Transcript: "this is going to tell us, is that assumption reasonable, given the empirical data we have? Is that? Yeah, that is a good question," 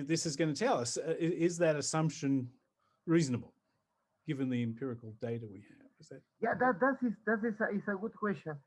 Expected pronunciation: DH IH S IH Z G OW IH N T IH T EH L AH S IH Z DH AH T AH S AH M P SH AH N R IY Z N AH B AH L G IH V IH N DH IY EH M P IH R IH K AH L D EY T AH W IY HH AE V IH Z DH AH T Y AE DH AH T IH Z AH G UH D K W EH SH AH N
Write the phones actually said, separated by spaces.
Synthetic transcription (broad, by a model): DH IH S IH Z G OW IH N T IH T EH L AH S IH Z DH AH T AH S AH M P SH AH N R IY Z N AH B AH L G IH V IH N DH IY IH M P IH R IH K L D EY T AH W IY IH V IH Z DH AH T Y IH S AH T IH S AH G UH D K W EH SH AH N